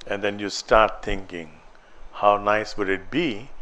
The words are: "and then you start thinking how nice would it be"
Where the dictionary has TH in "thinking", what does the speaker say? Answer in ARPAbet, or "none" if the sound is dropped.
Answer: T